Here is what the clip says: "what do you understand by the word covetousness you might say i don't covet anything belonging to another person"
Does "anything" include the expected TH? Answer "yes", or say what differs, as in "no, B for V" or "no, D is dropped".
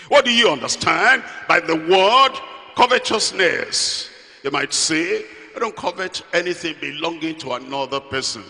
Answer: yes